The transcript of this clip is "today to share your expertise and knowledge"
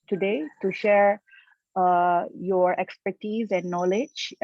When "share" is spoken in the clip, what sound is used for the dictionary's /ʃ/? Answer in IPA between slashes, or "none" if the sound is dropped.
/ʃ/